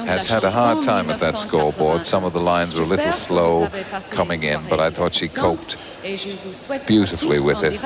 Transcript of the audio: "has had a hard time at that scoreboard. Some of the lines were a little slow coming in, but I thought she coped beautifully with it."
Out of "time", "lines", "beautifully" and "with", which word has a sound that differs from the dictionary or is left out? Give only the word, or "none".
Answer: none